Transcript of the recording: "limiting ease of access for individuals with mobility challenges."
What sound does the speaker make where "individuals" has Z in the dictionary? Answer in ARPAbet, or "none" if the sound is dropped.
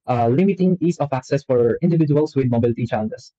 S